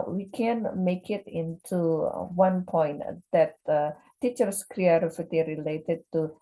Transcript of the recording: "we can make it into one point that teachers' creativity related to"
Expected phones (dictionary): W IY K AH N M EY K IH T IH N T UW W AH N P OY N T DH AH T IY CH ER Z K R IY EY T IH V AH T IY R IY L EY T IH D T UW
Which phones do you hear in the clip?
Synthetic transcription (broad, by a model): W IY K AH N M EY K IH T IH N T UW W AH N P OY N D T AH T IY CH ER S K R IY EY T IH F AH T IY R IY L EY T IH D T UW